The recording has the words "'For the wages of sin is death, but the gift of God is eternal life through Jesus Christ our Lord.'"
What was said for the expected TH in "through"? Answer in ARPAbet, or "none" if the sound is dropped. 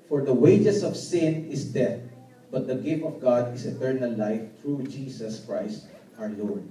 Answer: T